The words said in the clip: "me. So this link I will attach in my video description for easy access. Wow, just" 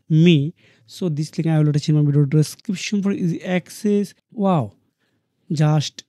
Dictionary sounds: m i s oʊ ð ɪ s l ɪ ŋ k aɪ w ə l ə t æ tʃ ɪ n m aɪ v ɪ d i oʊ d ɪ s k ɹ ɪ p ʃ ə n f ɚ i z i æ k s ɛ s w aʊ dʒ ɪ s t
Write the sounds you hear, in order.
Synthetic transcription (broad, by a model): m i s oʊ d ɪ s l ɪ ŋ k aɪ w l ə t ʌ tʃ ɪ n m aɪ b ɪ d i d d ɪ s k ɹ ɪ p ʃ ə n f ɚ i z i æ k s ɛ s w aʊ dʒ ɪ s t